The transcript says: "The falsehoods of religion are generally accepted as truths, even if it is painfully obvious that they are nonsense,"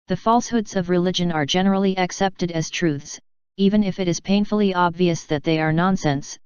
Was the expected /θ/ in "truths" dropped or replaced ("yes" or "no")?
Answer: no